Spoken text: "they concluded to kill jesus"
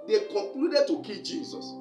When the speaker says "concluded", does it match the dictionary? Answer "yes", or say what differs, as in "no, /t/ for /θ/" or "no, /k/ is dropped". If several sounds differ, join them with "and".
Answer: no, /n/ is dropped